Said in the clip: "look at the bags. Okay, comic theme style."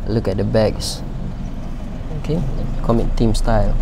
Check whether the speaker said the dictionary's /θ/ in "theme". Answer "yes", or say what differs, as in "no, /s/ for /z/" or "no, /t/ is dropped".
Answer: no, /t/ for /θ/